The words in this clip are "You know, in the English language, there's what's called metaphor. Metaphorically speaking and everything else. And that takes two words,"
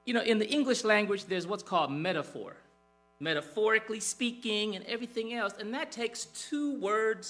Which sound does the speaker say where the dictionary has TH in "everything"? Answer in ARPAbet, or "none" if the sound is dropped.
TH